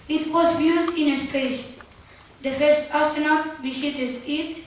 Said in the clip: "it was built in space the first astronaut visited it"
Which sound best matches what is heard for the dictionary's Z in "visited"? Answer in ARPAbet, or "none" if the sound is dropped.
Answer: S